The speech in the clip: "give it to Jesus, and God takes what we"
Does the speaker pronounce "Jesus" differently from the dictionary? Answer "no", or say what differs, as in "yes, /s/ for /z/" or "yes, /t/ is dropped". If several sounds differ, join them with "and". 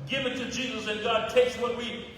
no